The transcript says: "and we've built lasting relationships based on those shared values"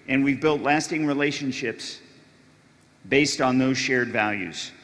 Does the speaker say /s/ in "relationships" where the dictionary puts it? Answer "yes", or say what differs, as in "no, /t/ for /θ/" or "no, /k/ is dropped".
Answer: yes